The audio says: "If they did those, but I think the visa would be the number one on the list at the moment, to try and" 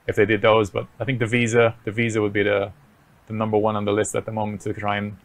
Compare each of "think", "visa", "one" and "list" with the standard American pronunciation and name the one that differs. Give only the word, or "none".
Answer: none